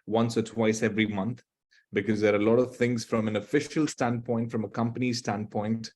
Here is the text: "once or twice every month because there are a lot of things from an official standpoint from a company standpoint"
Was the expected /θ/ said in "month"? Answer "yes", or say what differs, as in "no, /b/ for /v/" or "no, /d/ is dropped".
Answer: no, /t/ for /θ/